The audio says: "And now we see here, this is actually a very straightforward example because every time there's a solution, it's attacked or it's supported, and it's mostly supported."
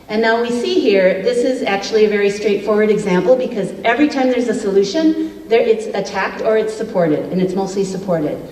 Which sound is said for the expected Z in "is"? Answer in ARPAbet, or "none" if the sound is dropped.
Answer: Z